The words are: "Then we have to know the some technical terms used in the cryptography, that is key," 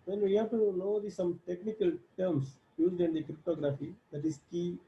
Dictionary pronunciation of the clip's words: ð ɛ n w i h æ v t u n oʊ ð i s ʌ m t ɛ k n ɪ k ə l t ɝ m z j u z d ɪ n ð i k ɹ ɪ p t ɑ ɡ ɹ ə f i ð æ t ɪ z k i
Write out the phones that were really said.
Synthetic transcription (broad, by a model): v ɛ n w i h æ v t u n oʊ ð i s ʌ m t ɛ k n ɪ k ə l t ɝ m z j u z d ɪ n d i k ɹ ɪ p t ɑ ɡ ɹ ə f i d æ t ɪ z k i